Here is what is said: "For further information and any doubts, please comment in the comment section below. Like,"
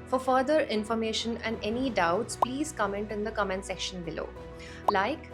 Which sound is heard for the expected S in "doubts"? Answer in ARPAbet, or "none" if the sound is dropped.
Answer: S